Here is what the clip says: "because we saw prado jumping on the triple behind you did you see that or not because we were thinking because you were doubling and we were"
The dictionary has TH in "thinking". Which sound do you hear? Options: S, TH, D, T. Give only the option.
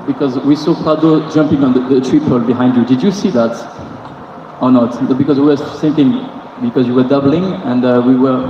S